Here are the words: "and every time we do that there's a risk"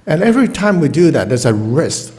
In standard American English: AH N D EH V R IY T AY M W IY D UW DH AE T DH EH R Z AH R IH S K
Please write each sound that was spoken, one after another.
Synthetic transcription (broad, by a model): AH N EH V R IY T AY M W IY D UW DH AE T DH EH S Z AH R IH S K